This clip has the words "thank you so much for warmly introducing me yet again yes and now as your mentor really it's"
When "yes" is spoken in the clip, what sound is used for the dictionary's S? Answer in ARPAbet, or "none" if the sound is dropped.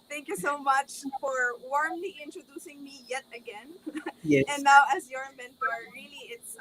none